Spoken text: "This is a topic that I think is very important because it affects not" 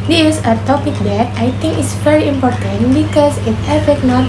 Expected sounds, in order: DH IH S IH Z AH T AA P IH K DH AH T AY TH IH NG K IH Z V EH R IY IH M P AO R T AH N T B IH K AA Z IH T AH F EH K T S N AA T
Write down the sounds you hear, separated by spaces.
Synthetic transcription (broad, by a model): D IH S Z AH T AA P IH K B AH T AY T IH NG K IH S V EH R IY IH M P AO R T AH N T B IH K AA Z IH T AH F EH T N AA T